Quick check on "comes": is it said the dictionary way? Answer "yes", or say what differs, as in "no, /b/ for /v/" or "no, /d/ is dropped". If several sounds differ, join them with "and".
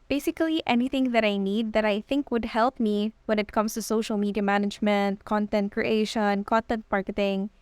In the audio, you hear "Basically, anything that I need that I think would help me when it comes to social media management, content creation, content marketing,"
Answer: no, /s/ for /z/